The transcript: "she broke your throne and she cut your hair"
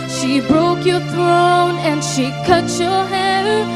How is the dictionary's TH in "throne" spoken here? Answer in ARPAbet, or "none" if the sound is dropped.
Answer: TH